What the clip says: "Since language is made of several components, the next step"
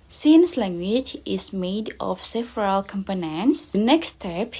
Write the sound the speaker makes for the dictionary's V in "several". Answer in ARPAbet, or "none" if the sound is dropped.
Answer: F